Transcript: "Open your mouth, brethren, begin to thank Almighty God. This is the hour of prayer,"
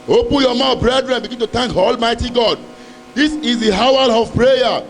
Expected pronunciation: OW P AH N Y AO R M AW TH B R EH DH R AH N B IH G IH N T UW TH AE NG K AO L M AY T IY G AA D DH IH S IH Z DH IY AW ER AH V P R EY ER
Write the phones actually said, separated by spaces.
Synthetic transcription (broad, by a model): OW P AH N Y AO M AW B R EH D R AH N B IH G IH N T UW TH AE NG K AO L M AY T IY G AA D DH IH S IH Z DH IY AW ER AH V P R EY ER